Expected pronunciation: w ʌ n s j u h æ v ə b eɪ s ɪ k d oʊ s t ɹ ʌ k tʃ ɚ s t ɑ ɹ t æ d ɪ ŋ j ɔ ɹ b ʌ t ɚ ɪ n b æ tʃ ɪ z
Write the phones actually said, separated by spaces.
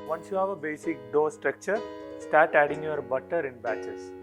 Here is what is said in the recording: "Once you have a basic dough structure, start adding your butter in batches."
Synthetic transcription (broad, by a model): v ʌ n s j u h æ v ə b eɪ s ɪ k d oʊ s t ɹ ʌ k tʃ ɚ s t ɑ ɹ t æ d ɪ ŋ j ɔ ɹ b ʌ t ɚ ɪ n b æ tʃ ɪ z